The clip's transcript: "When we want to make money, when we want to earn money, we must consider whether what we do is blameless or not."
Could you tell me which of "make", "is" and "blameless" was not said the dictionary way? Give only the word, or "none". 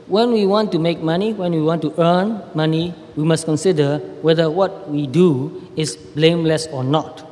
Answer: is